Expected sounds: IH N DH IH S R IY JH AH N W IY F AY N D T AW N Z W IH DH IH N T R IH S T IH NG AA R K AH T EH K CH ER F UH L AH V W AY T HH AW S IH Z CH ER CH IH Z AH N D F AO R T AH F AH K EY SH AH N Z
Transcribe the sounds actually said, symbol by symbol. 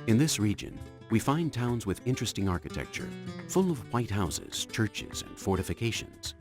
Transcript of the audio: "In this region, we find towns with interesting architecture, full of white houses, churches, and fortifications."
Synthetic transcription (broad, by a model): IH N DH IH S R IY JH AH N W IY F AY N T AW N Z W IH DH IH N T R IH S T IH NG AA R K AH T EH K CH ER F UH L AH V W AY T HH AW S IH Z CH ER CH IH Z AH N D F AO R T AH F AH K EY SH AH N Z